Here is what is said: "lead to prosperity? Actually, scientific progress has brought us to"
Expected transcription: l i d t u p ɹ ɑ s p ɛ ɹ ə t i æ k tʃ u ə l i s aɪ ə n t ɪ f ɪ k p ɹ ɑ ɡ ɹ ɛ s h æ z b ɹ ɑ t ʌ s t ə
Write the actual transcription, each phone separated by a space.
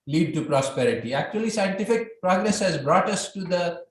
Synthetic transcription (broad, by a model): l i d t u p ɹ ɑ s p ɛ ɹ ə t i æ k tʃ u ə l i s aɪ ə n t ɪ f ɪ k p ɹ ɑ ɡ ɹ ɛ s h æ z b ɹ ɑ t ʌ s t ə